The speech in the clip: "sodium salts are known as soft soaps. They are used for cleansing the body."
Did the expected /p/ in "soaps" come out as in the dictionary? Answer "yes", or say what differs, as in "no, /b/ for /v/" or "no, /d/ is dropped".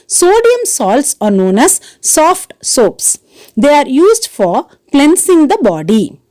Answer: yes